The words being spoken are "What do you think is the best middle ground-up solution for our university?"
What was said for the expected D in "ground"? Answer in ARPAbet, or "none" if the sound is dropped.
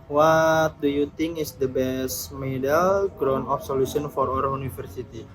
none